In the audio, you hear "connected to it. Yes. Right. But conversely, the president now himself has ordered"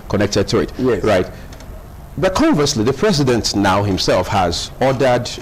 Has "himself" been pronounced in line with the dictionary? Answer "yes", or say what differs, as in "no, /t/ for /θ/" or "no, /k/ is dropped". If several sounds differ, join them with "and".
yes